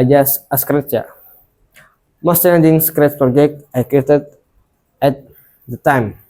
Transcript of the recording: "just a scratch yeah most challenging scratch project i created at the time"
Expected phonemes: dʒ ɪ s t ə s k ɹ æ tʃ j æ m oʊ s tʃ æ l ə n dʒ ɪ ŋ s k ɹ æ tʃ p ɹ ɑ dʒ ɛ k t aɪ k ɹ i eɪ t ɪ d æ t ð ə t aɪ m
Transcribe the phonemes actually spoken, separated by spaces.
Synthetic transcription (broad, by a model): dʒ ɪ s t ə s k ɹ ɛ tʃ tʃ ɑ m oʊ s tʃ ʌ n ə dʒ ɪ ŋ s k ɹ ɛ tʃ p ɹ ɑ dʒ ɛ k t aɪ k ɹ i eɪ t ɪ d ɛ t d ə t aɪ m